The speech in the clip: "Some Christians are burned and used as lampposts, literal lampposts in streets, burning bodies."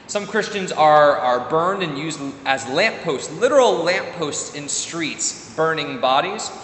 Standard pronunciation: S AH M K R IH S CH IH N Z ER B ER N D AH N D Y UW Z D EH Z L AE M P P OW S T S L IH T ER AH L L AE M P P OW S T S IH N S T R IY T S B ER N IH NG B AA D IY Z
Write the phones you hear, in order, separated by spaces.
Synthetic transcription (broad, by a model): S AH M K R IH S CH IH N Z ER B ER N D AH N Y UW Z D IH Z L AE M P P OW S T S L IH T ER L L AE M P P OW S T S IH N S T R IY T S B ER N IH NG B AA D IY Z